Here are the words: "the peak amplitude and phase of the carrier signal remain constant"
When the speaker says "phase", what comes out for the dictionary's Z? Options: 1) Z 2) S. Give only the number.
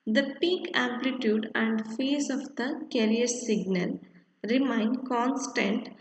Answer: 2